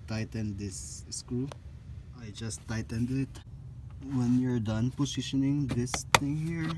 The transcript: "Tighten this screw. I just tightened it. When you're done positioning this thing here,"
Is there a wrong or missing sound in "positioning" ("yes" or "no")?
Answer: yes